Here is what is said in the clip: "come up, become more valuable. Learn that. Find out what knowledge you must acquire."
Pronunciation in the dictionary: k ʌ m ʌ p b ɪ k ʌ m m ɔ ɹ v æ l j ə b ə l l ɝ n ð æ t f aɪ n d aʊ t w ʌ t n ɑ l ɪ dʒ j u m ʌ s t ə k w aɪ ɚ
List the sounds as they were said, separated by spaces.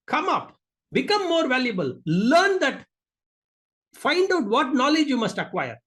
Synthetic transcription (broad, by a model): k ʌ m ʌ p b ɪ k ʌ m m ɔ ɹ v æ l j ə b ə l l ɝ n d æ t f aɪ n d aʊ t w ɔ t n ɑ l ɪ dʒ j u m ʌ s t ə k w aɪ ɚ